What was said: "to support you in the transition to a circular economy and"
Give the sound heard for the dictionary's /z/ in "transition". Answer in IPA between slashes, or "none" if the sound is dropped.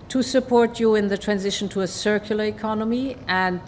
/z/